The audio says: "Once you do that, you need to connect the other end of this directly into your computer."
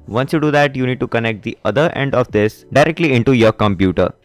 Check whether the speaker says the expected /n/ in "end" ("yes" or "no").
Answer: yes